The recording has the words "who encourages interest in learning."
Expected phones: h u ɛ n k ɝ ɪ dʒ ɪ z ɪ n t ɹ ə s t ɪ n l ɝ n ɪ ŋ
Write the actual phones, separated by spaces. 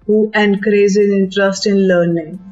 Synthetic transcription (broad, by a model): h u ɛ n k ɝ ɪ z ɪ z ɪ n t ɹ ə s t ɪ n l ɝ n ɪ ŋ